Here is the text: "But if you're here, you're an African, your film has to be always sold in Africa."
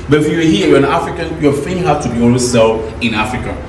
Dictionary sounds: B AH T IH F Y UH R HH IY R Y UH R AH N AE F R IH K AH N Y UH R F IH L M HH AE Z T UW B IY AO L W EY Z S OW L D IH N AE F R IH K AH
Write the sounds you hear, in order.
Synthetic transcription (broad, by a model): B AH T IH F Y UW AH HH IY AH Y AH N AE F R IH K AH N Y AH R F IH M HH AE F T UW B IY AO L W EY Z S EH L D IH N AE F R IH K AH